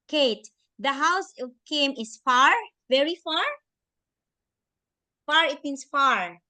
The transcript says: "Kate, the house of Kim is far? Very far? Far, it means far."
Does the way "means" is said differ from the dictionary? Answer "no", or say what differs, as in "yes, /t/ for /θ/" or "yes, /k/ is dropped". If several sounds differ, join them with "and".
yes, /s/ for /z/